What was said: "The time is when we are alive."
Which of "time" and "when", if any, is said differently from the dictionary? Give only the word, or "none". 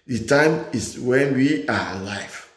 none